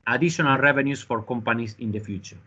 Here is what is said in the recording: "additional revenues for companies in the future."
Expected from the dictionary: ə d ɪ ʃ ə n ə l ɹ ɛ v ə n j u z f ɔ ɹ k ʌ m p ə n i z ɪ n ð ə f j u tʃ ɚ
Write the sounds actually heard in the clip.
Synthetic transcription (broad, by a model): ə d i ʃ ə n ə l ɹ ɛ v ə n j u s f ɔ ɹ k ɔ m p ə n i s ɪ n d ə f j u tʃ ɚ